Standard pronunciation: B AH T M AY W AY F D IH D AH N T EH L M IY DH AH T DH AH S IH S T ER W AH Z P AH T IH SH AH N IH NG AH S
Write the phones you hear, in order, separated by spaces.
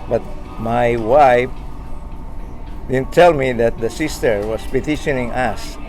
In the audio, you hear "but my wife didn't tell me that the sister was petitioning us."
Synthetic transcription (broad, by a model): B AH T M AY W AY F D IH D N T EH L M IY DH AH T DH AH S IH S T ER W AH S P AH T IH SH AH N IH NG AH S